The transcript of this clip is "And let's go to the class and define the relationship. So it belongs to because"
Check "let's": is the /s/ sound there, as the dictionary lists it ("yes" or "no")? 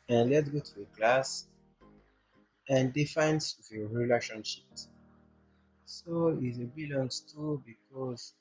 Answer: no